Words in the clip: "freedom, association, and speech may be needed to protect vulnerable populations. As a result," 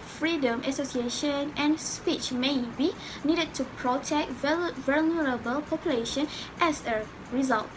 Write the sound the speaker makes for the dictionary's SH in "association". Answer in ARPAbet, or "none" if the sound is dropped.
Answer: SH